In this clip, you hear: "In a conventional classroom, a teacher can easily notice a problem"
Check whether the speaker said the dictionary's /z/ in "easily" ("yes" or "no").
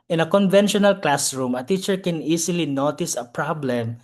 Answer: no